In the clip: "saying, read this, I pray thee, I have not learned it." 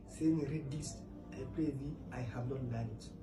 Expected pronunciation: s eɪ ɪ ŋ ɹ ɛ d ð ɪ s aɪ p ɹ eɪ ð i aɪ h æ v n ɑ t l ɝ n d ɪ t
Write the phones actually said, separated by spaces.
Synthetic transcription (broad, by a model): s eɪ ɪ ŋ ɹ ɛ d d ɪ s aɪ p ɹ eɪ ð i aɪ h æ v n ɑ t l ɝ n ɪ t